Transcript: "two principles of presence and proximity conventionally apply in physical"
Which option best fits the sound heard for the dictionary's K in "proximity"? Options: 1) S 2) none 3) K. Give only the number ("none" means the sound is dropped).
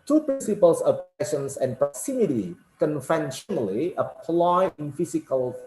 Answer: 2